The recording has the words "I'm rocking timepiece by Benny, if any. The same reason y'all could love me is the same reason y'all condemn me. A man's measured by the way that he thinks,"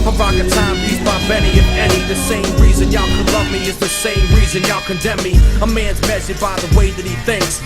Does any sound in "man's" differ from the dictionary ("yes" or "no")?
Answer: no